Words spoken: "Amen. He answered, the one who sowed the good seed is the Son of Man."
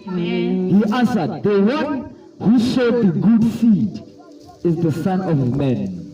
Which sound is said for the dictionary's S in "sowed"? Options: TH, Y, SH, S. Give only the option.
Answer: SH